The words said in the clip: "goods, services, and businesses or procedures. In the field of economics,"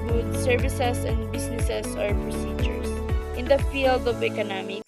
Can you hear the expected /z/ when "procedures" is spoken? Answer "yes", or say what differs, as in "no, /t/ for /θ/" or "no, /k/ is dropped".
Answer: no, /s/ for /z/